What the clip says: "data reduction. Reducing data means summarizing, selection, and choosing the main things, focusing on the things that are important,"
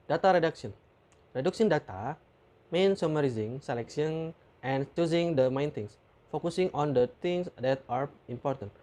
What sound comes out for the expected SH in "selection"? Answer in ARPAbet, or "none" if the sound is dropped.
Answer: S